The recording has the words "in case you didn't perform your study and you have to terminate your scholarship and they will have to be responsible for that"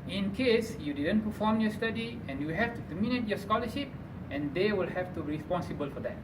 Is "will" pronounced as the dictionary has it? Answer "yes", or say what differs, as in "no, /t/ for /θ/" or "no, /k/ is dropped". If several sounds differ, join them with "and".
yes